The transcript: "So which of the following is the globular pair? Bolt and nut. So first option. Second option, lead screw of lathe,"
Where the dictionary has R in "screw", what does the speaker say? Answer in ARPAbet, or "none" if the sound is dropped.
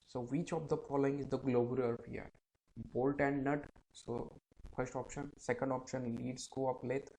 none